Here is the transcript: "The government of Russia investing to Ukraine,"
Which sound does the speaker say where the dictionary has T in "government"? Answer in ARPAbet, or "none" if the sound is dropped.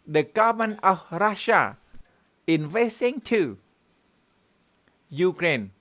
none